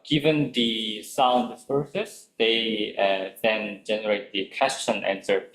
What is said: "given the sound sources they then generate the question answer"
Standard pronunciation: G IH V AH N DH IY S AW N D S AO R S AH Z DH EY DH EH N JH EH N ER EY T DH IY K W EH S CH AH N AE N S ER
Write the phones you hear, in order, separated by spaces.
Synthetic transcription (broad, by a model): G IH V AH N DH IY S AW N D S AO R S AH S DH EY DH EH N JH EH N ER EY T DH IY K W EH S CH AH N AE N S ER